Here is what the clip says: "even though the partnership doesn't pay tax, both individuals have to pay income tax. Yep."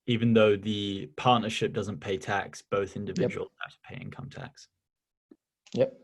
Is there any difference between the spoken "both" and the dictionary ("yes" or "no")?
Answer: no